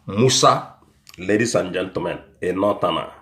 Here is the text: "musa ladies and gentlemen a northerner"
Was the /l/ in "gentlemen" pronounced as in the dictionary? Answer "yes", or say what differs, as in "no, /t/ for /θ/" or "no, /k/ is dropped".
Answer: no, /l/ is dropped